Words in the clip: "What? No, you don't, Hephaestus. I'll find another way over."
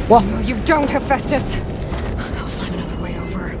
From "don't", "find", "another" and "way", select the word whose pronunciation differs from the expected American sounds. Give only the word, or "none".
find